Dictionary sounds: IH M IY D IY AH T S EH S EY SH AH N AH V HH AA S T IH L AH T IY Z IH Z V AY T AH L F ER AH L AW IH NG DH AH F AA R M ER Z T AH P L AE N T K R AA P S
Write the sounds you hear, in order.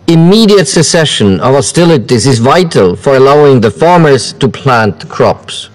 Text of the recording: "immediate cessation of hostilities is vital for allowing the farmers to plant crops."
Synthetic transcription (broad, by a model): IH M IY D IY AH T S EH S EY SH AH N AH V HH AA S T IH L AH T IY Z IH Z V AY T AH L F ER AH L AW IH NG DH AH F AA R M ER Z T AH P L AE N T K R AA P S